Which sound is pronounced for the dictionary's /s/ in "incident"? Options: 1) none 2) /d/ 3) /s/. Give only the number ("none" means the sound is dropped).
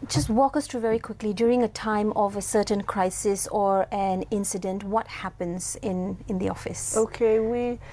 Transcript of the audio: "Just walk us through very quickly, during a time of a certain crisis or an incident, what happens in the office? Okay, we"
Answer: 3